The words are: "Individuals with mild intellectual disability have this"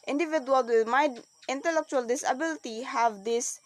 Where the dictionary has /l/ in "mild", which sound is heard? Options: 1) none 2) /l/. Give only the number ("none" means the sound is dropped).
1